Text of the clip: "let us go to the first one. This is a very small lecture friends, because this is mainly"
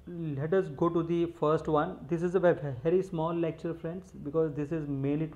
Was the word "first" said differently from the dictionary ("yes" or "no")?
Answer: no